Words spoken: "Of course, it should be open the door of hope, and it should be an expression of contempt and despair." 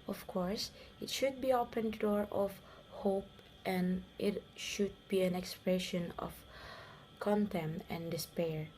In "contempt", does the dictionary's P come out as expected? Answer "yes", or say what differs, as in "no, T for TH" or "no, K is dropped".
no, P is dropped